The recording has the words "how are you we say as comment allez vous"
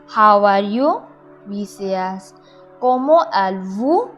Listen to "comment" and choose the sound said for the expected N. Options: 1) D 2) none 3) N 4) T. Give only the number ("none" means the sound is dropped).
2